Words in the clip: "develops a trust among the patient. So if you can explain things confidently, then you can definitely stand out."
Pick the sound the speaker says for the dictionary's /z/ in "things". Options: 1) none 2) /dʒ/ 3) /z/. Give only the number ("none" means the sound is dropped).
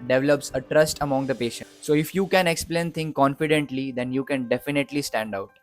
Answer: 1